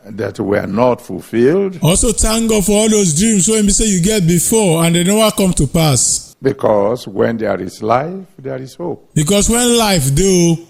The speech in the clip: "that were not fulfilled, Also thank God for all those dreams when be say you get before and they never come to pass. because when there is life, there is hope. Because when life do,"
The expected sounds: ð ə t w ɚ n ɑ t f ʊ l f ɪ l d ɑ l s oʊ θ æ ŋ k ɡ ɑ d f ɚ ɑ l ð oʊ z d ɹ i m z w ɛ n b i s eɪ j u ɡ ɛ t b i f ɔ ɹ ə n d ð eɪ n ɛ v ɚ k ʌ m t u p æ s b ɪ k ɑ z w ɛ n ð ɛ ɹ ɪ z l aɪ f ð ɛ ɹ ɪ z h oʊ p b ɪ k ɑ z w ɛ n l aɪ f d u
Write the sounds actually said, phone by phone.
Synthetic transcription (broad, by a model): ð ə t w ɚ n ɑ t f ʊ l f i l d ɑ l s oʊ t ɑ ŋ ɡ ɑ f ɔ ɑ l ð oʊ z d ɹ i m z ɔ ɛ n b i s eɪ j u ɡ ɛ t b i f ɔ ə n d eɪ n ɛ w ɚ k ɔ m t u p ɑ s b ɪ k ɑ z w ɛ n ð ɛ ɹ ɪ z l aɪ f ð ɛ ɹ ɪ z h oʊ p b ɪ k ɑ s w ɛ n l aɪ f d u